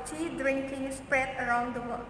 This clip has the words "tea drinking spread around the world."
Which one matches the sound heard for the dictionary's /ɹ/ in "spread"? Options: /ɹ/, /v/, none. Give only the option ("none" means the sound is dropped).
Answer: /ɹ/